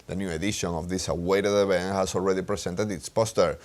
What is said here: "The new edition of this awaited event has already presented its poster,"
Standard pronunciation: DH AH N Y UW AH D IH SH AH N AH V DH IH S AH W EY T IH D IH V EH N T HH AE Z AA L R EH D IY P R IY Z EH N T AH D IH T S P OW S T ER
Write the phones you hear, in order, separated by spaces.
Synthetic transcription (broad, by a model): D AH N Y UW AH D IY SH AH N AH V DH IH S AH W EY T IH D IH B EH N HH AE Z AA L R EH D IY P R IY S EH N T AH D IH T S P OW S T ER